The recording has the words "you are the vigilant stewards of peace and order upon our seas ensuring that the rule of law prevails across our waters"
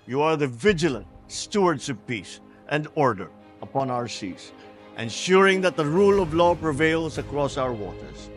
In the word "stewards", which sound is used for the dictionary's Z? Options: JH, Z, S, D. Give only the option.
S